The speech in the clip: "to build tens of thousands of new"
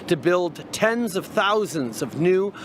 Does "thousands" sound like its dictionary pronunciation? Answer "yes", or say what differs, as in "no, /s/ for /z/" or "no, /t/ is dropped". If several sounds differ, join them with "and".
yes